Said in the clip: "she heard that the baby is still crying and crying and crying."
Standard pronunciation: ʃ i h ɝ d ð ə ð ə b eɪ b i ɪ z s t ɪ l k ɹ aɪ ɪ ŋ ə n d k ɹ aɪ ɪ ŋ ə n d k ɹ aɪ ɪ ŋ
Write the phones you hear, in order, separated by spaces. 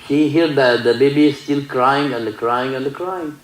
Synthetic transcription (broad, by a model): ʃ i h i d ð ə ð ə b eɪ b i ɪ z s t ɪ l k ɹ aɪ ɪ ŋ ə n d k ɹ aɪ ɪ ŋ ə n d k ɹ aɪ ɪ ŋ